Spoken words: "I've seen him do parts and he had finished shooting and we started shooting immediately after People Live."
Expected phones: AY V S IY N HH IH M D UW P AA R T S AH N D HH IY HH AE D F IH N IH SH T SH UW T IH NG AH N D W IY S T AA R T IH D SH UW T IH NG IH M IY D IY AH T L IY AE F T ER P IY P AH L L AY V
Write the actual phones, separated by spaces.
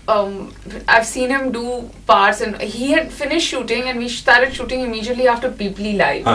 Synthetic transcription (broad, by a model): AY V S IY N HH IH M D UW P AA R T S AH N HH IY HH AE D F IH N IH SH T SH UW T IH NG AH N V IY SH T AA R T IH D SH UW T IH NG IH M IY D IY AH T L IY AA F T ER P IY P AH L L AY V